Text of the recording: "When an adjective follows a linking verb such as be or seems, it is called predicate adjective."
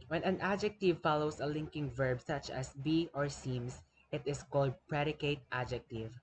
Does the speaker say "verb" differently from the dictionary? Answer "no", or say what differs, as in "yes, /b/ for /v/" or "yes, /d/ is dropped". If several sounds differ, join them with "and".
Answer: no